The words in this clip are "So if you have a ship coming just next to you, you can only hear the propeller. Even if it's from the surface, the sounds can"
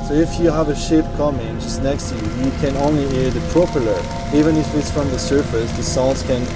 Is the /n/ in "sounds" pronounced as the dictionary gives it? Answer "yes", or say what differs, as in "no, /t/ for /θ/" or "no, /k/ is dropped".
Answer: no, /l/ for /n/